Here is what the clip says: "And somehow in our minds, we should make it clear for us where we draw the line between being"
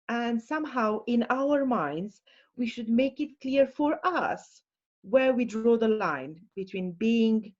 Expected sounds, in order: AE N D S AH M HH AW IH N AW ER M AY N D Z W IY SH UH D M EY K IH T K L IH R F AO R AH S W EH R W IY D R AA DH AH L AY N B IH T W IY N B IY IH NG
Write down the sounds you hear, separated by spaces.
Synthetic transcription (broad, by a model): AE N D S AH M HH AW IH N AW ER M AY N D Z W IY SH UH D M EY K IH T K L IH R F AO R AH S W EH R W IY D R AA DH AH L AY N B IH T W IY N B IY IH NG